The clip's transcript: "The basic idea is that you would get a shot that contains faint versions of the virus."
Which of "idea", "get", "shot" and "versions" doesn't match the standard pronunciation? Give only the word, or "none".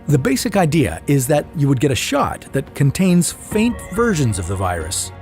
none